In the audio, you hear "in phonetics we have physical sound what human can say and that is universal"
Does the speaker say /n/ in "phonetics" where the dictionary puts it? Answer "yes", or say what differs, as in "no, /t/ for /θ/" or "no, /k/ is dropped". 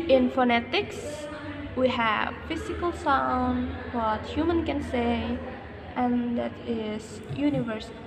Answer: yes